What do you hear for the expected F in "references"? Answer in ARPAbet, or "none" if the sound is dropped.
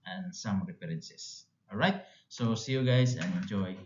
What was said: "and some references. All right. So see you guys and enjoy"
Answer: P